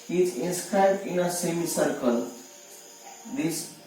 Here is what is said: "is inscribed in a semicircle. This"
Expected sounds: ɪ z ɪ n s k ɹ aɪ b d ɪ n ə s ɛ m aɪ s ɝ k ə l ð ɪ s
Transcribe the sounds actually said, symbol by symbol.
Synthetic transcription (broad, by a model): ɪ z ɪ n s k ɹ aɪ b d ɪ n ə s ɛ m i s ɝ k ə l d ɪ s